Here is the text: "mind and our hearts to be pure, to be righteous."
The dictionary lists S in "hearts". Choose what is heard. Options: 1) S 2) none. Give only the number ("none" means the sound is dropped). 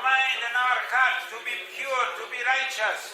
2